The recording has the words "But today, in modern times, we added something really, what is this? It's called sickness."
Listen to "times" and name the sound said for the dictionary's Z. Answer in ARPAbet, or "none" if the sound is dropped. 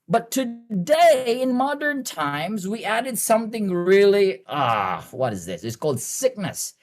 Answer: Z